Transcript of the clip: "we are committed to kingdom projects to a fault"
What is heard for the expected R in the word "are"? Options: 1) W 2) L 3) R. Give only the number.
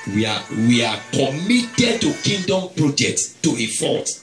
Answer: 1